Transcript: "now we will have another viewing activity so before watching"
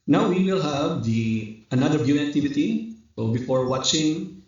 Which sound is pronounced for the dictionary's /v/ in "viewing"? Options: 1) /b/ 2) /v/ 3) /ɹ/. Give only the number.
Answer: 1